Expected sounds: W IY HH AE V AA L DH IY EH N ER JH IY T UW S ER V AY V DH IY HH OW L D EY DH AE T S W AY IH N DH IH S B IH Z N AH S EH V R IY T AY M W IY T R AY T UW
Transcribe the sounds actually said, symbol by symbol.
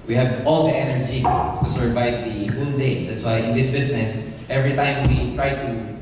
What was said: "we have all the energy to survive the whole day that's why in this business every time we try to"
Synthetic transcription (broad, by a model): W IY HH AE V AA L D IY EH N ER JH IY T UW S ER V AY V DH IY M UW N D EY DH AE T S W AY IH N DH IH S B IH S N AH S EH V R IY T AY M W IY T R AY T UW